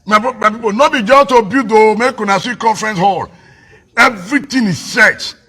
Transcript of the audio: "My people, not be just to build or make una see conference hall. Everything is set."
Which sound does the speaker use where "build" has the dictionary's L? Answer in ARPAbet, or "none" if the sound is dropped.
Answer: none